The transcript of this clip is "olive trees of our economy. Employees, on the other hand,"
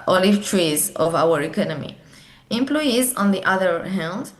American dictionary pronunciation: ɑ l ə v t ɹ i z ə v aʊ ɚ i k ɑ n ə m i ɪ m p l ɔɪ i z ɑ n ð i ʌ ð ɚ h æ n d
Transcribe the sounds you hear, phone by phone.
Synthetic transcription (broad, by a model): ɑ l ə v t ɹ i z ə v aʊ ɚ i k ɑ n ə m i ɪ m p l ɔɪ i z ɑ n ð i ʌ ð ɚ h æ n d